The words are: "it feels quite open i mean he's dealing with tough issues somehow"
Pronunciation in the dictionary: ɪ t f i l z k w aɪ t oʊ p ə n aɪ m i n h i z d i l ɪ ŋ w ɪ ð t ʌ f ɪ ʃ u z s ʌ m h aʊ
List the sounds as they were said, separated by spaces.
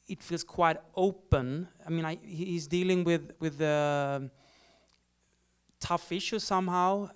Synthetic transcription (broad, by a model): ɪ t f i l z k w aɪ t oʊ p ə n aɪ m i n h i z d i l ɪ ŋ w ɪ ð t ʌ f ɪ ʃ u s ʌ m h aʊ